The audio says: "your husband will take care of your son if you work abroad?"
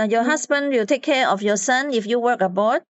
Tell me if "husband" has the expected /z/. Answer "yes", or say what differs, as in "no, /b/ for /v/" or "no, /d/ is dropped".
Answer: no, /s/ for /z/